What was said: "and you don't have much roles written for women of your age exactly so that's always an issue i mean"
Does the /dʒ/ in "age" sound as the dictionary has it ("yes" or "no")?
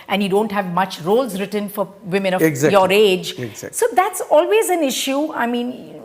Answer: yes